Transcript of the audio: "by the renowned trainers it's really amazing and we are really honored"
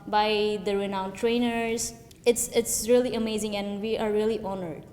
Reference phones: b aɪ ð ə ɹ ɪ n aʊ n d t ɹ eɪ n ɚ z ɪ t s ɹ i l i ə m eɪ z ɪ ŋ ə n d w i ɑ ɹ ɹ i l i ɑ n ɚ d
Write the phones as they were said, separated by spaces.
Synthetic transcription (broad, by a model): b aɪ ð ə ɹ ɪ n aʊ n t ɹ eɪ n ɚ s ɪ t s ɹ i l i ə m eɪ z ɪ ŋ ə n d w i ɑ ɹ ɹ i l i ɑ n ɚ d